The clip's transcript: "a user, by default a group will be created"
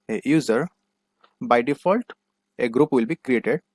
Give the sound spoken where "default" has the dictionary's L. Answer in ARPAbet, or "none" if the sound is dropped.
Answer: L